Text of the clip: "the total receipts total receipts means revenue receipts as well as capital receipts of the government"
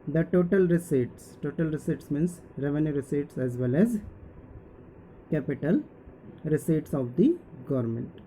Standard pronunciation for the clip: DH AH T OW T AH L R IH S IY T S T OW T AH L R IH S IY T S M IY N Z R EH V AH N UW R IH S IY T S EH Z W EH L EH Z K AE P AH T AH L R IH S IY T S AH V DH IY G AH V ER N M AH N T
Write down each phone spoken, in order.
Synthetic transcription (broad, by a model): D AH T OW T AH L R IH S IY T S T OW T AH L R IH S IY T S M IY N S R EH V AH N UW R IH S IY T S EH Z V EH L EH Z K AE P AH T AH L R IH S IY T S AH V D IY G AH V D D M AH N T